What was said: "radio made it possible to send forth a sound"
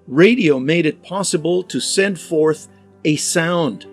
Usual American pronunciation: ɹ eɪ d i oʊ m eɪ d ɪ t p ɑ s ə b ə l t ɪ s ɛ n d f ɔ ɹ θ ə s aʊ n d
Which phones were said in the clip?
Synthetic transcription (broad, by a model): ɹ eɪ d i oʊ m eɪ d ɪ t p ɑ s ə b ə l t ɪ s ɛ n d f ɔ ɹ θ ə s aʊ n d